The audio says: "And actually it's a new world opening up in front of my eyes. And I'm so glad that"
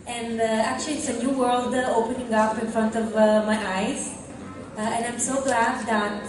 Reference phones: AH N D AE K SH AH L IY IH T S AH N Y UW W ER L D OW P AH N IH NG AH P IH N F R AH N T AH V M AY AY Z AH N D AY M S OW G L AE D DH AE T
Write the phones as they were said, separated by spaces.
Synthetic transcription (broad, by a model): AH N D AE K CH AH L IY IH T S AH N Y UW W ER L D OW P AH N IH NG AH P IH N F R AH N T AH V M AY AY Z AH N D AY M S OW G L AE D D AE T